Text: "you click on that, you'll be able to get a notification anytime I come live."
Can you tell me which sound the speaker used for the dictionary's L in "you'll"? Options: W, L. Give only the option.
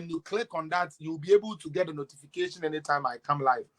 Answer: W